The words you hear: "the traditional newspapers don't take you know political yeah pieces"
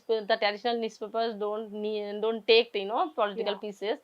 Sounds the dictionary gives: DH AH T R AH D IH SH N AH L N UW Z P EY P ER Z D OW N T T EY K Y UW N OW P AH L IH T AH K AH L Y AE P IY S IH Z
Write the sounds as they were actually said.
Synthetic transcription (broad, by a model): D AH T R AH D IH SH N AH L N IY S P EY P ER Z D OW N T T EY K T N OW P AH L IH T AH K AH L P IY S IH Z